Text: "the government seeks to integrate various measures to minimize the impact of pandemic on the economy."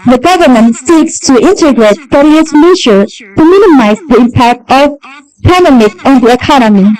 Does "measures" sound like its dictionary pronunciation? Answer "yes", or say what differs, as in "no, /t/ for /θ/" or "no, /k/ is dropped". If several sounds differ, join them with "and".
no, /z/ is dropped